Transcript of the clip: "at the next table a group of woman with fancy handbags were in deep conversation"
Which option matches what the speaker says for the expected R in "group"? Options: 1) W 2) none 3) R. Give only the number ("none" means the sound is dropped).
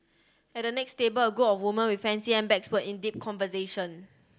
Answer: 2